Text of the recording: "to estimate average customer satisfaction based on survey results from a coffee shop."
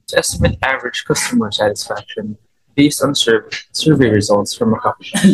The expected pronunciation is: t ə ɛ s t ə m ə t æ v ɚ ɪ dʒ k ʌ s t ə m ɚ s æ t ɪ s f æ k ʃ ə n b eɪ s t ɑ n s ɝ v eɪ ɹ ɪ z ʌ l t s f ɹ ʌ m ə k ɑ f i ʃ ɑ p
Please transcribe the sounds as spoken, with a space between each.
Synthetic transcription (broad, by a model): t ɛ s t ə m ə t æ v ɚ ɪ dʒ k ʌ s t ə m ɚ s æ t ɪ s f æ k ʃ ə n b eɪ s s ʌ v s ɝ v eɪ ɹ ɪ z ʌ l t s f ɹ ʌ m ə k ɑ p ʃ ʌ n